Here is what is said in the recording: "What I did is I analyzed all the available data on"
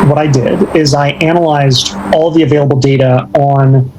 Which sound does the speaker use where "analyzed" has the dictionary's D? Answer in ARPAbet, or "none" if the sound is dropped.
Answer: D